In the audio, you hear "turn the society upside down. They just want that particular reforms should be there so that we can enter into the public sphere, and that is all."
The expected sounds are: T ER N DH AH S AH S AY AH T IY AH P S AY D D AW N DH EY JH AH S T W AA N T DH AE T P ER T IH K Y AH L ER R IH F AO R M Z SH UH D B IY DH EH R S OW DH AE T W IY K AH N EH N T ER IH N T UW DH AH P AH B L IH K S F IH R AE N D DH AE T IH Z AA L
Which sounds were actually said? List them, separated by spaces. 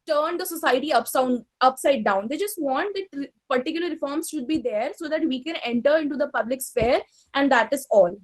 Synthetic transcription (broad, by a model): T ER N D AH S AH S AY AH S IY AH P S AY D D AW N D EY JH AH S T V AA N T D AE T P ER T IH K Y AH L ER R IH F AO R M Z SH UH D B IY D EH R S OW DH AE T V IY K AH N EH N T ER IH N T UW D AH P AH B L IH K S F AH R AE N D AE T IH Z AA L